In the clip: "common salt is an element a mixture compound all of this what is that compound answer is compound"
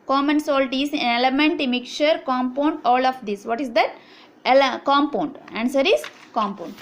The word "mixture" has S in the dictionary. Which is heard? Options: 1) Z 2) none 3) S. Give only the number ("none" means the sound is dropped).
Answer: 2